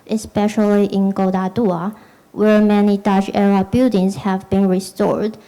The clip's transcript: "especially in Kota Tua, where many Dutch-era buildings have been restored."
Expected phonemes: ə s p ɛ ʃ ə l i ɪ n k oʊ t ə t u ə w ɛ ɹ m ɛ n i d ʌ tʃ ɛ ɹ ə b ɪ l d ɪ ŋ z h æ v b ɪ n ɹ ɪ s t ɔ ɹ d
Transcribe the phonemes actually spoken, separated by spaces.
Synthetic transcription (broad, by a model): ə s p ɛ ʃ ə l i ɪ n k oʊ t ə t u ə w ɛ ɹ m ɛ n i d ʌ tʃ ɛ ɹ ə b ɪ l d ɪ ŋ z h æ v b ɪ n ɹ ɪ s t ɔ ɹ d